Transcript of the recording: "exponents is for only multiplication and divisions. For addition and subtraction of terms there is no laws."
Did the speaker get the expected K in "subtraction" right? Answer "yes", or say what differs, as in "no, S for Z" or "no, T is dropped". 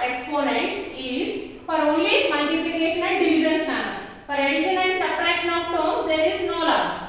no, K is dropped